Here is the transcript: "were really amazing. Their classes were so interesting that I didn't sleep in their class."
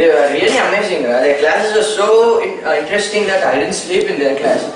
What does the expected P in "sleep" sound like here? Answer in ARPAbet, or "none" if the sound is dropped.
P